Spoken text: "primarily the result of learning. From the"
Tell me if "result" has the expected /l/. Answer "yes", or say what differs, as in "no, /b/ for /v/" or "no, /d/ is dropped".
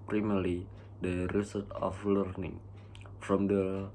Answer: no, /l/ is dropped